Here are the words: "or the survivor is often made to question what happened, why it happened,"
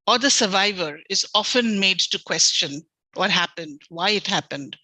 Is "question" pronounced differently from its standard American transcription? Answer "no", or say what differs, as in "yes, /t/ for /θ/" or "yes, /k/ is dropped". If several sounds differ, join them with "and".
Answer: no